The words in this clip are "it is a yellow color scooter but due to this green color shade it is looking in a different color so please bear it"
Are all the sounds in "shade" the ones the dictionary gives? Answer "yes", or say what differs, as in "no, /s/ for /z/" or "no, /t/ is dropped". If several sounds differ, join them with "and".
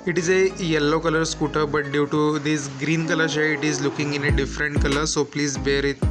no, /d/ is dropped